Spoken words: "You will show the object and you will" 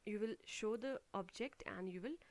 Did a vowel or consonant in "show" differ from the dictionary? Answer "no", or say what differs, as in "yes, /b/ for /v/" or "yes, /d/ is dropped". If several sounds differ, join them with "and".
no